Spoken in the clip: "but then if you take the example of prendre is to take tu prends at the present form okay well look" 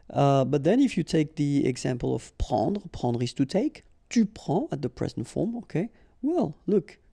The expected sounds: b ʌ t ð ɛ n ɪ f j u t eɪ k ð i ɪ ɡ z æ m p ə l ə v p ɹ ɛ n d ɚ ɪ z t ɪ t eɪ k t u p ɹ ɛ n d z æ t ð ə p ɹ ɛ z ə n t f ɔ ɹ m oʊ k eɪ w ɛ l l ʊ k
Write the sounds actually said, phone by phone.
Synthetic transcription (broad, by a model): b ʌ t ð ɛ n ɪ f j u t eɪ k ð i ɪ ɡ z æ m p ə l ə v p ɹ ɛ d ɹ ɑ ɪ s t ɪ t eɪ k t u p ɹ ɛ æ t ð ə p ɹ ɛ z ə n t f ɔ ɹ m oʊ k eɪ w ɛ l l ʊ k